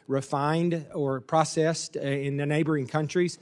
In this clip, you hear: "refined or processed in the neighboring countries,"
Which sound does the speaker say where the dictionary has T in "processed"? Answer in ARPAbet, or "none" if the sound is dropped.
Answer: T